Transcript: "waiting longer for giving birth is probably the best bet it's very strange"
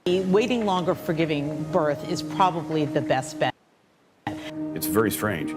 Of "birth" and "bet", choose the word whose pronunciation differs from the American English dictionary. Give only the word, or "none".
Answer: none